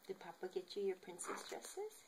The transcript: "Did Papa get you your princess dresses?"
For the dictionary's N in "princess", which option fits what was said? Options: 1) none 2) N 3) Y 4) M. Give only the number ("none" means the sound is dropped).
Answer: 2